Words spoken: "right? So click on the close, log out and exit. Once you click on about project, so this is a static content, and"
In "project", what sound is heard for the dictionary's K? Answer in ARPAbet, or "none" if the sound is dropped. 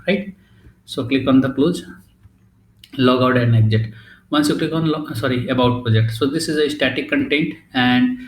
K